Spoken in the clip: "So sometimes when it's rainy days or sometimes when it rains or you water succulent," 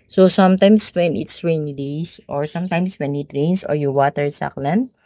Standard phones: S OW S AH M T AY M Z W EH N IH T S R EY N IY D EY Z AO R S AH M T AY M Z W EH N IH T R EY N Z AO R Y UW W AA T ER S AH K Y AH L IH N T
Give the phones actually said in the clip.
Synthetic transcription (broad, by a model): S OW S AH M T AY M S W EH N IH T S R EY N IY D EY S AO R S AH M T AY M S W EH N IH T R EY N S AO R Y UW W AA T ER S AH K L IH N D